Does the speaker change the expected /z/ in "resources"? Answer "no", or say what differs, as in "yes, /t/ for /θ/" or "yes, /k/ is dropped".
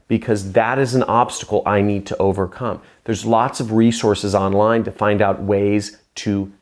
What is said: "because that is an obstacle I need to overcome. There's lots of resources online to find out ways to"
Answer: no